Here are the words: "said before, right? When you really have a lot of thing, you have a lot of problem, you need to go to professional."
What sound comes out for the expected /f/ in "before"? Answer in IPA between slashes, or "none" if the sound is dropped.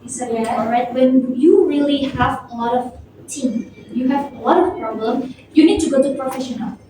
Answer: none